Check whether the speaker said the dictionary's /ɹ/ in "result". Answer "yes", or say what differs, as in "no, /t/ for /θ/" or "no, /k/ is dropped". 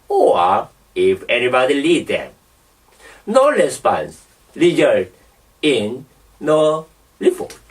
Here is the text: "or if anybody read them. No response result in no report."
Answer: no, /l/ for /ɹ/